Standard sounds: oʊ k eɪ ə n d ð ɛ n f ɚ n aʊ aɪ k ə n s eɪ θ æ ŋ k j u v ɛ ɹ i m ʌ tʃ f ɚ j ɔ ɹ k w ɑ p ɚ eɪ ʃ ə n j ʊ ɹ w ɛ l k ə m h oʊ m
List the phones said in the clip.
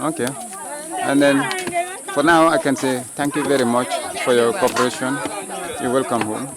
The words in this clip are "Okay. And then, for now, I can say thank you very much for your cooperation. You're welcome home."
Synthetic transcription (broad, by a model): oʊ k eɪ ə n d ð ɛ n f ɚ n aʊ aɪ k ə n s eɪ t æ ŋ k j u v ɛ ɹ i m ʌ tʃ f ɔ j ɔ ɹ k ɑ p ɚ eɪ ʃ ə n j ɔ w ɛ l k ə m h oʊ m